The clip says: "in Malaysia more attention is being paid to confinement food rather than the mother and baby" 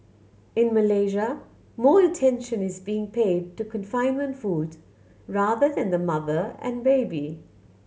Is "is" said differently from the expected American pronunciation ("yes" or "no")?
no